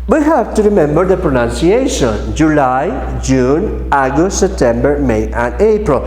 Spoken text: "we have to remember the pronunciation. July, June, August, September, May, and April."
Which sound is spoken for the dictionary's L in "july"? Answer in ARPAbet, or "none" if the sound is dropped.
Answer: L